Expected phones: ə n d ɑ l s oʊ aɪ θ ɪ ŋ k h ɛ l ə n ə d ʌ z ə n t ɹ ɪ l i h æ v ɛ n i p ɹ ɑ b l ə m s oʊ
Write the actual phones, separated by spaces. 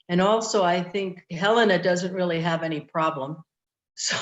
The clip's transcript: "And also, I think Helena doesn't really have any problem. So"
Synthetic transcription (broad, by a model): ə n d ɑ l s oʊ aɪ θ ɪ ŋ k h ɛ l ə n ə d ʌ z ə n t ɹ ɪ l i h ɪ v ɛ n i p ɹ ɑ b l ə m s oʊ